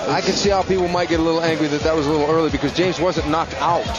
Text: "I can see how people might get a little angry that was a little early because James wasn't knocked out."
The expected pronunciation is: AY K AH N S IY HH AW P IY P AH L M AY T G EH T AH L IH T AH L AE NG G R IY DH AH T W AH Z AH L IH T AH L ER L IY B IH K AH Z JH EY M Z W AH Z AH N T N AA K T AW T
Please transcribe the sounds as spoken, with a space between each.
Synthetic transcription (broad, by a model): AY K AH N S IY HH AW P IY P L M AY T G EH T AH L IH T L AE NG G R IY DH AH T W AH Z AH L IH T L ER L IY B IH K AH Z JH EY M Z W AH Z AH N N AA K T AW T